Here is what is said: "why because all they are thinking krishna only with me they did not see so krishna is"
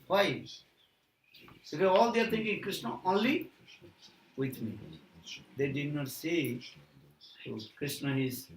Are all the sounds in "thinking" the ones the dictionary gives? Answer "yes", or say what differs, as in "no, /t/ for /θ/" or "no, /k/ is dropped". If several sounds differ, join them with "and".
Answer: no, /t/ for /θ/